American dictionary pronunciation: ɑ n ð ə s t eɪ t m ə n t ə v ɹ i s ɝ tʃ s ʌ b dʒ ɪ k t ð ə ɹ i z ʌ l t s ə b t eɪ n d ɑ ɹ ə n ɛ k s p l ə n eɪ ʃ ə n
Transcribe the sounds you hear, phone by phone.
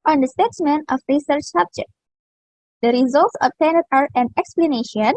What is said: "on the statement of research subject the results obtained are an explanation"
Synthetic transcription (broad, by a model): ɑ n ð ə s t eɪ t m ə n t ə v ɹ i s ɝ tʃ s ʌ b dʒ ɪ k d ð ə ɹ i z ʌ l t s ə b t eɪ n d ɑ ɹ ə n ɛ k s p l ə n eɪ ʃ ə n